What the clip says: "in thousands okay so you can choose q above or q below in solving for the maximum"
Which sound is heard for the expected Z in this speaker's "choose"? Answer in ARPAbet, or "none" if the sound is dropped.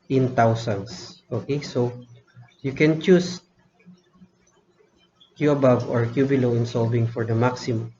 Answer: S